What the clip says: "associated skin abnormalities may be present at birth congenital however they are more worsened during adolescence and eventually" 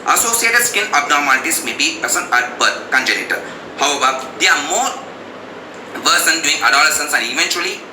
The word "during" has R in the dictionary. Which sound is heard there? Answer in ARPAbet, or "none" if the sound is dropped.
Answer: none